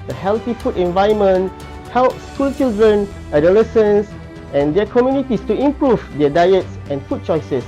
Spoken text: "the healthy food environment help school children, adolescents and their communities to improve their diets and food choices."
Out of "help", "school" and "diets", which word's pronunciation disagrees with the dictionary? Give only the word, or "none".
none